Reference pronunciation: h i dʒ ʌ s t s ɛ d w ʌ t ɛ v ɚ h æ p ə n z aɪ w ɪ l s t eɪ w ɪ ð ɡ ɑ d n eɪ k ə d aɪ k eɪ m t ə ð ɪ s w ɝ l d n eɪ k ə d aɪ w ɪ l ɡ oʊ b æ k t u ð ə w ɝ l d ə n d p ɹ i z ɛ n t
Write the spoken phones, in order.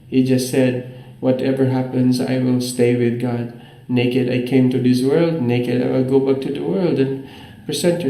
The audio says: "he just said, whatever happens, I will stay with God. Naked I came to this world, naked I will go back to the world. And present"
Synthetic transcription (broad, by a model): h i dʒ ʌ s t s ɛ d w ʌ t ɛ v ɚ h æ p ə n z aɪ w ɪ l s t eɪ w ɪ ð ɡ ɑ d n eɪ k ə d aɪ k eɪ m t ə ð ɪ s w ɝ l d n eɪ k ə d aɪ w ɪ l ɡ oʊ b æ k t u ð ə w ɝ l d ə n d p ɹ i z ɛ n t